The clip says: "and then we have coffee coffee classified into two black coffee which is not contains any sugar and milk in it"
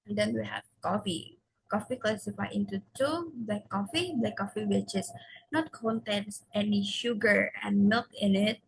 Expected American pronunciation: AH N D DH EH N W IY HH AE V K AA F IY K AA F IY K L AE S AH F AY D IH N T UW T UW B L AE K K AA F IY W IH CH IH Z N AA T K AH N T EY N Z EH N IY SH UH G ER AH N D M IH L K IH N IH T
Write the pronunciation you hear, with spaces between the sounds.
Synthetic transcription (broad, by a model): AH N D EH N W IY HH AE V K AA F IY K AA F IY K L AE S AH F AY IH N T UW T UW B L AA K K AA F IY W IH CH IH S N AA T K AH N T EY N S EH N IY SH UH G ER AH N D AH K IH N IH T